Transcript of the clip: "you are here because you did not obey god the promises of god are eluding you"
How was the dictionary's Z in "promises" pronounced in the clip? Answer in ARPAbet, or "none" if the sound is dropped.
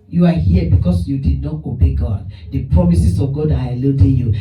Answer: S